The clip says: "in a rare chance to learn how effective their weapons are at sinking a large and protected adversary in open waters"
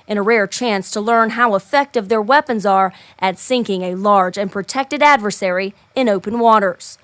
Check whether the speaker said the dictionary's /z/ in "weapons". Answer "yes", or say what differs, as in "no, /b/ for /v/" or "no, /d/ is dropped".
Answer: yes